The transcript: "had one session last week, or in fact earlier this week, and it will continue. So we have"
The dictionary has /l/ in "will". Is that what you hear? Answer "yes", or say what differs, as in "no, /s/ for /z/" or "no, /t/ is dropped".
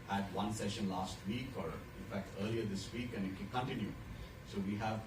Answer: no, /n/ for /l/